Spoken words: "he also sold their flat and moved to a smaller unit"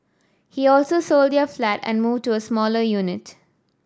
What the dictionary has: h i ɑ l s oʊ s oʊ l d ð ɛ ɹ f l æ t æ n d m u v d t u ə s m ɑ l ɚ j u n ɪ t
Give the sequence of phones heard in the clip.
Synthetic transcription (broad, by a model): h i ɑ l s oʊ s oʊ l d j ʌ f l æ t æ n d m u v d t u ə s m ɑ l ɚ j u n ɪ t